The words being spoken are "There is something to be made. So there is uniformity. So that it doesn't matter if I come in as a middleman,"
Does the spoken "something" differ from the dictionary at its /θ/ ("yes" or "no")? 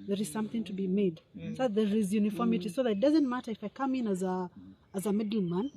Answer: no